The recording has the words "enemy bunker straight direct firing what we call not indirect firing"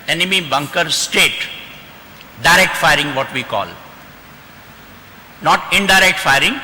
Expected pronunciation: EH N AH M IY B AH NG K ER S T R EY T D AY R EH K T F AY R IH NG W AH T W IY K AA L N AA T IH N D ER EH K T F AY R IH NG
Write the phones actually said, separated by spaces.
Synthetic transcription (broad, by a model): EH N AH M IY B AH NG K ER S T EY T D AY R EH K T F AY R IH NG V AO T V IY K AA L N AA T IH N D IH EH K T F AY R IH NG